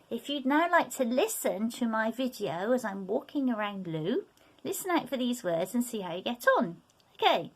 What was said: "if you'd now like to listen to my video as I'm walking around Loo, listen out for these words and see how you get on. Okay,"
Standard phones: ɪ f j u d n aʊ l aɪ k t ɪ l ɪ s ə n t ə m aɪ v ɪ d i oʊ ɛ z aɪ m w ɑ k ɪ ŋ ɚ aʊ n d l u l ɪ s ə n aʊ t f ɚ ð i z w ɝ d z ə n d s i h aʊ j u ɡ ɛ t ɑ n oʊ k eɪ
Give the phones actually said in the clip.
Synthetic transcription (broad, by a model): ɪ f j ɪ d n aʊ l aɪ k t ɪ l ɪ s ə n t ə m aɪ v ɪ d i oʊ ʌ z aɪ m w ɑ k ɪ ŋ ɚ aʊ n d l u l ɪ s ə n aʊ t f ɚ ð i z w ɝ d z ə n s i h aʊ j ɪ ɡ ɛ t n oʊ k eɪ